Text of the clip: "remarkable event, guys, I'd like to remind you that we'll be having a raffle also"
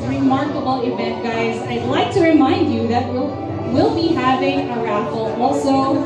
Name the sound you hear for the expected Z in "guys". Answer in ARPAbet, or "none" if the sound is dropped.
Z